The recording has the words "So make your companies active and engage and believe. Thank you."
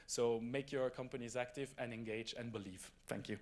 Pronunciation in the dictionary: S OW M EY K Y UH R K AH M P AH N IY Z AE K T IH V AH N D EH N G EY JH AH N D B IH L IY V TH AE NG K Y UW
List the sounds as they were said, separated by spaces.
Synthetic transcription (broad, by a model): S OW M EY K Y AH R K AH M P AH N IY Z AE K T IH V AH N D EH N G EY JH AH N B IH L IY V TH AE NG K Y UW